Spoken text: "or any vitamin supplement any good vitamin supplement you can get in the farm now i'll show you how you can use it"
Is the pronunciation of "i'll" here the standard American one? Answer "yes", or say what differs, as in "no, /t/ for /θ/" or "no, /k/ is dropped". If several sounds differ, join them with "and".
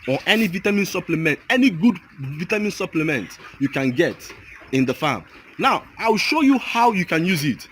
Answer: no, /w/ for /l/